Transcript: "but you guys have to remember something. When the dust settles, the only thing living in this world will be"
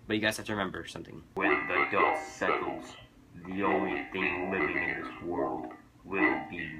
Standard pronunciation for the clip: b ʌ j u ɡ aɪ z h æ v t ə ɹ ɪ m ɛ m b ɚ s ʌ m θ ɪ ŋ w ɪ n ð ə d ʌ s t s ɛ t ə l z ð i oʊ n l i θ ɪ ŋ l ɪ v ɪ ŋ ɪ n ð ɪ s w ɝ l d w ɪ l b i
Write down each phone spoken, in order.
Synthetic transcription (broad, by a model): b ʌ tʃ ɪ ɡ aɪ z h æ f t ə ɹ ɪ m ɛ m b ɚ s ʌ m θ ɪ ŋ w ɪ n ð ə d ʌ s s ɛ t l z ð i oʊ n l i θ ɪ ŋ l ɪ v ɪ ŋ ɪ n ð ɪ s w ɝ l d w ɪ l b i